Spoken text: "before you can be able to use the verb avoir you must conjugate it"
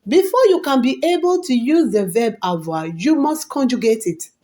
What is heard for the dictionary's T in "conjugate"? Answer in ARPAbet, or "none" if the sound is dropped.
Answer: T